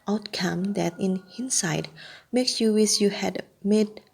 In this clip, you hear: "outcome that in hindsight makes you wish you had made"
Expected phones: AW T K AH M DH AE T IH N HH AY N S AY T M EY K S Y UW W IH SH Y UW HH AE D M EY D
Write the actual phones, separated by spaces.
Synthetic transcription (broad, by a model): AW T K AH M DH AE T IH N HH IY N S AY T M EY K S Y UW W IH S Y UW HH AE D M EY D